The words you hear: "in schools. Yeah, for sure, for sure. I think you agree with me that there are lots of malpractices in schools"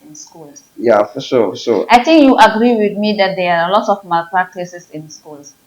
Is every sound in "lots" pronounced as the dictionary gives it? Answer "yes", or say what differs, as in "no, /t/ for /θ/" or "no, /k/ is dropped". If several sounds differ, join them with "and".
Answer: no, /s/ is dropped